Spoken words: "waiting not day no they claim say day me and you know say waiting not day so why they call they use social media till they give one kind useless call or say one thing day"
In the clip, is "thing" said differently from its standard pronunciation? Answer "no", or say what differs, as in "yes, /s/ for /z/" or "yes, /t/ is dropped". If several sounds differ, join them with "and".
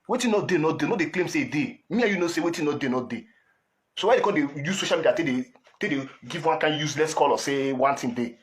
yes, /t/ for /θ/